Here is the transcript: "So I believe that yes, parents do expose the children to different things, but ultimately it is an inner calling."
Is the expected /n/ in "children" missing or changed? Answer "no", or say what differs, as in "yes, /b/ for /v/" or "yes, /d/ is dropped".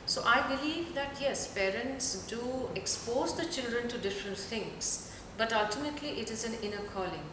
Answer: no